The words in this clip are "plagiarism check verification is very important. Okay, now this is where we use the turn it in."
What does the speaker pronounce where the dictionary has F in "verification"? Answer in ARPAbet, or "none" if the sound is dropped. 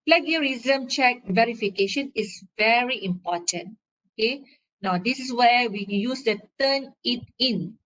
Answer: F